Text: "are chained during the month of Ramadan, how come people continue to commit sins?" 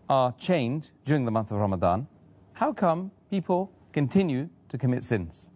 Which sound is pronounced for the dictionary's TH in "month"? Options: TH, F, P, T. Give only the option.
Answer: TH